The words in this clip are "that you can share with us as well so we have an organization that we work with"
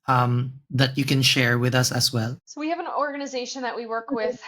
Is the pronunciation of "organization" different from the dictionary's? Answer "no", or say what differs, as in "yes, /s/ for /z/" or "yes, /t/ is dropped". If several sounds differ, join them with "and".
no